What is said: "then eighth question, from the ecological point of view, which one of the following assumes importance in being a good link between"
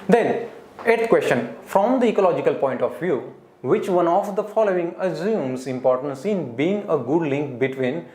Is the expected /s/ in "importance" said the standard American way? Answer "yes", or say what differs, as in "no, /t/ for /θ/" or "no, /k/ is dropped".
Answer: yes